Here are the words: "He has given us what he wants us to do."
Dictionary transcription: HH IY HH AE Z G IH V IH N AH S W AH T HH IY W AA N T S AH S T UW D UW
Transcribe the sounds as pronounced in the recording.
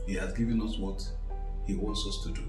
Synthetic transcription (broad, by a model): HH IY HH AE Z G IH V IH N AH S W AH T HH IY W AA N T S AH S T UW D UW